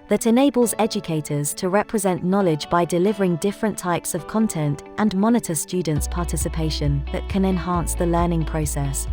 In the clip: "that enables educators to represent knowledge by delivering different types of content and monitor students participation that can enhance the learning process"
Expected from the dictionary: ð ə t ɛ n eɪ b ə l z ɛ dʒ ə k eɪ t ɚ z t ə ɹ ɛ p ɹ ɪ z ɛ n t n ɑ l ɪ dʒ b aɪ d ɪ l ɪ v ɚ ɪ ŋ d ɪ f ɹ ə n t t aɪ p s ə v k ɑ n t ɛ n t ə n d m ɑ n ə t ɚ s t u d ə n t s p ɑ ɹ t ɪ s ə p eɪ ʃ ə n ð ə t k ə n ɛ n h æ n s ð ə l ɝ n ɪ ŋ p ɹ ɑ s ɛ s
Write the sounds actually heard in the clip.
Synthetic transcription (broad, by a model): ð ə t ɛ n eɪ b ə l z ɛ dʒ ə k eɪ t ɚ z t ə ɹ ɛ p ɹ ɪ z ɛ n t n ɑ l ɪ dʒ b aɪ d ɪ l ɪ v ɚ ɪ ŋ d ɪ f ɹ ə n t t aɪ p s ə v k ɑ n t ɛ n t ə n m ɑ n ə t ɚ s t u d n t s p ɑ t ɪ s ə p eɪ ʃ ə n ð ə t k ə n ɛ n h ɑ n s ð ə l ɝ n ɪ ŋ p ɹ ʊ s ɛ s